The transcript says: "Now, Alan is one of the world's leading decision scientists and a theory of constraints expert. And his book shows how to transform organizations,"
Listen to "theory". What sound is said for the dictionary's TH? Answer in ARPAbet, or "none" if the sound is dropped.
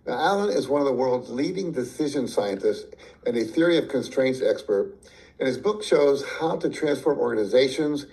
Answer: TH